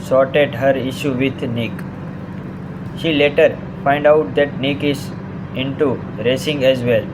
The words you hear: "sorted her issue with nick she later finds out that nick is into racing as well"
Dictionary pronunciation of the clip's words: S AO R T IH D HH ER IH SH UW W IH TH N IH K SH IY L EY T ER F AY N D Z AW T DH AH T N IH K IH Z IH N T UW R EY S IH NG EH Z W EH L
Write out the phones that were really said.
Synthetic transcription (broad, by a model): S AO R T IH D HH ER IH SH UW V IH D N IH K SH IY L EY T ER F AY N D AW T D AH T N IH K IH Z IH N T UW R EY S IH NG EH Z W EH L